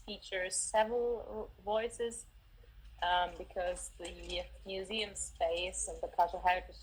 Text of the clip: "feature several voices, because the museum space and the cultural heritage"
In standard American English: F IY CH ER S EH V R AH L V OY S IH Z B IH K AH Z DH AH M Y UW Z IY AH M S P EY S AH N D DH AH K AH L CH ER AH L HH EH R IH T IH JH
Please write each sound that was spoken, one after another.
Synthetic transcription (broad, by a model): F IY CH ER S EH V R AH L V OY S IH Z B IH K AH Z DH AH M Y UW Z IY AH M S P EY S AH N DH AH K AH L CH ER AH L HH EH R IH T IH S